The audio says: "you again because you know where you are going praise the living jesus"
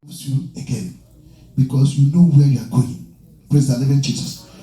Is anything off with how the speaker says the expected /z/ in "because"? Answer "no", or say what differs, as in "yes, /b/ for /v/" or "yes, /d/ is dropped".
yes, /s/ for /z/